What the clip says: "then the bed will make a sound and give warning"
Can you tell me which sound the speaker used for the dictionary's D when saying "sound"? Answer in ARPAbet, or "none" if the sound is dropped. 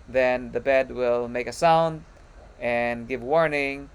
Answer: D